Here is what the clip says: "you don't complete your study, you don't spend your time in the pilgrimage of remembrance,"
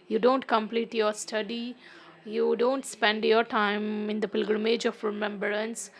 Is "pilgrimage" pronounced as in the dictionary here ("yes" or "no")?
yes